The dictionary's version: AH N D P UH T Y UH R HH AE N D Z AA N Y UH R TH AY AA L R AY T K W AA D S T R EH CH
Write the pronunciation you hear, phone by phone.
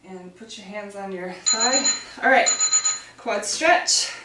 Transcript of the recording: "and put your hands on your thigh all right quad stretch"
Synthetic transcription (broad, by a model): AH N P UH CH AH R HH AE N D Z N Y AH R S AY AA L R AY T K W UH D S T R EH CH